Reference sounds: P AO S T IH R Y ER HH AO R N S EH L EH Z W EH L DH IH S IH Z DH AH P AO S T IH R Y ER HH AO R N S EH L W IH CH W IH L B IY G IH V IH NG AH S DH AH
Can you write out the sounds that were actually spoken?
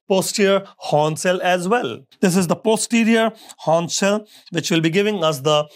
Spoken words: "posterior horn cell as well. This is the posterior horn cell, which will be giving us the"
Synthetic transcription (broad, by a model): P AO S T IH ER HH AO N S EH L EH Z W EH L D IH S IH Z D AH P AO S T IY R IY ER HH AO N S EH L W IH CH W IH L B IY G IH V IH NG AH S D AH